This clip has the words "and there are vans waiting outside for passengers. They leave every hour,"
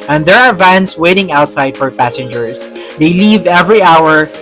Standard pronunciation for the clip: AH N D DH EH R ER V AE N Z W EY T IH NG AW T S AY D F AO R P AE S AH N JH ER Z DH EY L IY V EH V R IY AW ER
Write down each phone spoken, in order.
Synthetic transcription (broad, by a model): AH N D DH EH R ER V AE N S W EY T IH NG AW T S AY D F AO R P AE S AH N JH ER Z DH EY L IY V EH V R IY AW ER